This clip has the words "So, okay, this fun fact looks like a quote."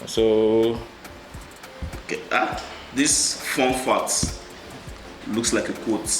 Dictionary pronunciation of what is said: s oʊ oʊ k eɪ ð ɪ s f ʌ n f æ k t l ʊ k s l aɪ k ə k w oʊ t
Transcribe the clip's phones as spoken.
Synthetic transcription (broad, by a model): s oʊ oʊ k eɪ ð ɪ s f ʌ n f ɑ t l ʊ k s l aɪ k ə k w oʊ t